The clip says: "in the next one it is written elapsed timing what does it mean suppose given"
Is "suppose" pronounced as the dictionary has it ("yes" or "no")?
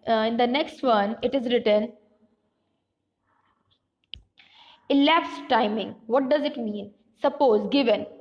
yes